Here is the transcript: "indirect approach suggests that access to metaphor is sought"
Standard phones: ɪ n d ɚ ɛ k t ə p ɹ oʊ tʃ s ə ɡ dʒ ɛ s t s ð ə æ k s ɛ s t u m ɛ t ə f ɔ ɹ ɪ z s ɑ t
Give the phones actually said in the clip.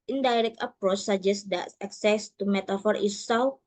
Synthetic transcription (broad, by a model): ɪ n d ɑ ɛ k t ə p ɹ oʊ tʃ s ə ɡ dʒ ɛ s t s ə k s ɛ s t u m ɛ t ə f ɔ ɹ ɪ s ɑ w